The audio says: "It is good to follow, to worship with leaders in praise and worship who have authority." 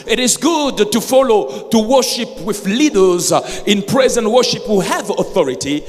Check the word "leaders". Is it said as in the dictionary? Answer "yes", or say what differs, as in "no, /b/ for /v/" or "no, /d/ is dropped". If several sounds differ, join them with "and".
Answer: yes